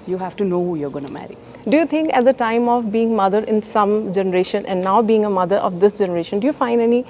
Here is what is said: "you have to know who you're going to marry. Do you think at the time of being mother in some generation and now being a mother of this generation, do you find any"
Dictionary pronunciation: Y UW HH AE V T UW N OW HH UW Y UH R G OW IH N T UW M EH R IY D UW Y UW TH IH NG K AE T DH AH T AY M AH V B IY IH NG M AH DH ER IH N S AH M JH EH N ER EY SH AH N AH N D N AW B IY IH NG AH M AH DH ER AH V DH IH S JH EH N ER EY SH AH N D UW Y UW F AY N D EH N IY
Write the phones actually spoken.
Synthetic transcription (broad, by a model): Y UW HH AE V T UW N OW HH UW Y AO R G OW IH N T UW M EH R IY D UW Y UW T IH NG K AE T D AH T AY M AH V B IY IH NG M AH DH ER IH N S AH M JH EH N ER EY SH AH N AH N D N AW B IY IH NG AH M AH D ER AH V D IH S JH EH N ER EY SH AH N D UW Y UW F AY N D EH N IY